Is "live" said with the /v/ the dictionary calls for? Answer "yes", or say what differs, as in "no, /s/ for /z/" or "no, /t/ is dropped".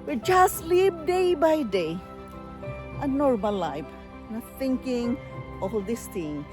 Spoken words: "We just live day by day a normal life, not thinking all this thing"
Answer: no, /p/ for /v/